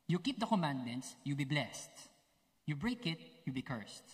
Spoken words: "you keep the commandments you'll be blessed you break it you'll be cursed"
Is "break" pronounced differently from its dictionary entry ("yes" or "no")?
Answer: no